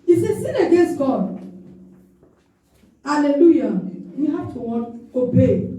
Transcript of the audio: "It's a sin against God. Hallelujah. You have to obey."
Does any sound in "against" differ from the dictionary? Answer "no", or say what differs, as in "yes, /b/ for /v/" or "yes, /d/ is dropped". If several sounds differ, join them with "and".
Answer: no